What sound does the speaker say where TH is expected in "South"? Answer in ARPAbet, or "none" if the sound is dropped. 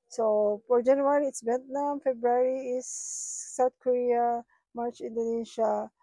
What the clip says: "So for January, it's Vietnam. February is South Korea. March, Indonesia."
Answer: T